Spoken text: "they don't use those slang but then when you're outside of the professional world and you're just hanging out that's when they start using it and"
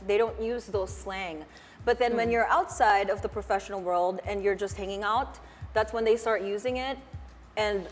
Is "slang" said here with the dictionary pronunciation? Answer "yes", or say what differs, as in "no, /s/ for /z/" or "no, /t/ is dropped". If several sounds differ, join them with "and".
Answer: yes